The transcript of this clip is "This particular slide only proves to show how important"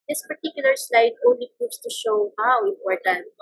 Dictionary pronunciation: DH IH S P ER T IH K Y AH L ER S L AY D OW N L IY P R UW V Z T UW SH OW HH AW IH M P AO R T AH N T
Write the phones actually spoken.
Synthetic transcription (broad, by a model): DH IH S P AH T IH K Y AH L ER S L AY D OW N L IY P UW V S T UW SH OW HH AW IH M P AO R T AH N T